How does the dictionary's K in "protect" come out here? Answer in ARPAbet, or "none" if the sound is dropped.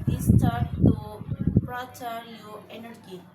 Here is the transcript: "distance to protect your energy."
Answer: none